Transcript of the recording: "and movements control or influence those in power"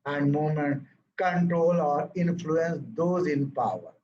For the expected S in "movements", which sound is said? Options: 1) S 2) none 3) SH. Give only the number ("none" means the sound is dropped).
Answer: 2